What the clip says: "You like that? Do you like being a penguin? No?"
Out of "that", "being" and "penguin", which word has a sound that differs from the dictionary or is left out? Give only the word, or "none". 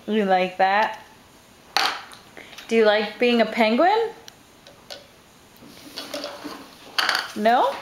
none